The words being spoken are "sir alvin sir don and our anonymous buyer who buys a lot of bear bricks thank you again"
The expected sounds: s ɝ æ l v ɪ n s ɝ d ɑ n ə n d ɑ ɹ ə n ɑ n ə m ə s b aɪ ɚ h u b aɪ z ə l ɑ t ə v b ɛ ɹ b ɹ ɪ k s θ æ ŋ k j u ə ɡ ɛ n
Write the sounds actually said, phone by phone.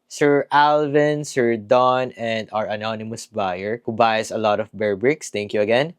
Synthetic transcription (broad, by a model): s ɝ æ l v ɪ n s ɝ d ɑ n ə n d ɑ ɹ ə n ɑ n ə m ə s b aɪ ɚ h u b aɪ s ə l ɑ t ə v b ɛ ɹ b ɹ ɪ k s t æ ŋ k j u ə ɡ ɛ n